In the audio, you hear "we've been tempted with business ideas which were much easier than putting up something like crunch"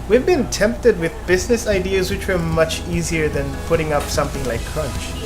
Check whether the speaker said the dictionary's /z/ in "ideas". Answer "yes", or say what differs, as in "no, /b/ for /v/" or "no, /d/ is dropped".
yes